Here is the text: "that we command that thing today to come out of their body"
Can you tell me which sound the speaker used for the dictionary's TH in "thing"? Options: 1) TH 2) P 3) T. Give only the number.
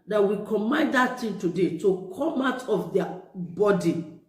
3